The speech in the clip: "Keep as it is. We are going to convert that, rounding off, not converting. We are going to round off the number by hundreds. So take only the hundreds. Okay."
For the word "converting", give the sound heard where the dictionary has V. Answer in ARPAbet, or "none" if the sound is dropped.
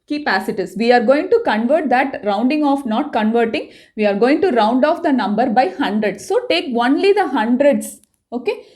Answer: V